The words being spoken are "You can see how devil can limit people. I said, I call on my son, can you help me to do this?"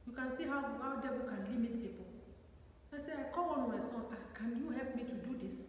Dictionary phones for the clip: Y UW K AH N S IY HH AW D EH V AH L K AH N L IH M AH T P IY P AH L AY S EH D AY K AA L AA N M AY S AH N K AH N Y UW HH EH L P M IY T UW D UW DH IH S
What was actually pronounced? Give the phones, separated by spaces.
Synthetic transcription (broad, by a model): Y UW K AH N S IY HH AW D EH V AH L K AH N L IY M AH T P IY P AH L AY S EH AY K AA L AA N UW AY S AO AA K AH N Y UW HH EH L P M IY T UW D UW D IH S